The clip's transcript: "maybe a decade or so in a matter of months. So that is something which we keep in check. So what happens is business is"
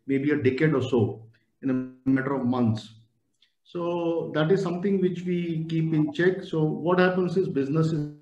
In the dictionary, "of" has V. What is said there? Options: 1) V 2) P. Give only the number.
1